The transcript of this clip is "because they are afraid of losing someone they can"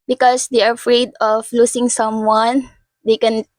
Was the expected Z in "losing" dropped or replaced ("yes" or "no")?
yes